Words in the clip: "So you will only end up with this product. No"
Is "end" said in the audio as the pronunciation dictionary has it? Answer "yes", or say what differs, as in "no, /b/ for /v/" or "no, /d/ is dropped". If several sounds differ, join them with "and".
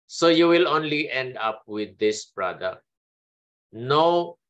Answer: yes